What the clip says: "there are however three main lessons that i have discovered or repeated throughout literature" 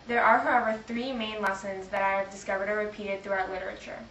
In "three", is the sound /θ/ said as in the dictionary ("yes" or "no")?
yes